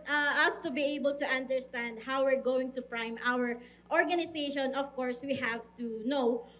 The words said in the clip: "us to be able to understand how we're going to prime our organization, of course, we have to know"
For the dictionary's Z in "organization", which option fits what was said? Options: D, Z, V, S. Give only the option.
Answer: S